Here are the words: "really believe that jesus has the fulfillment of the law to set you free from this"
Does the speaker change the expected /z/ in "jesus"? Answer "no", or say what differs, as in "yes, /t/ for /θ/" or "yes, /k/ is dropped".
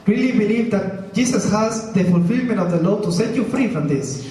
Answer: yes, /s/ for /z/